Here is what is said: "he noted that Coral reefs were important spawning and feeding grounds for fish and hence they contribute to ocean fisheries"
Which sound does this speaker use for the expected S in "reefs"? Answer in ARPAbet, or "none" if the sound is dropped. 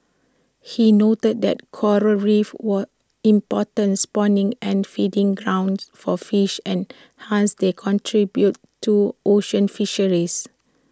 none